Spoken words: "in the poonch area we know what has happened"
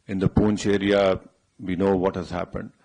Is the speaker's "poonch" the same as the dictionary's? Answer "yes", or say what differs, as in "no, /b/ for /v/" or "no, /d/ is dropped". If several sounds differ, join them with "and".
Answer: yes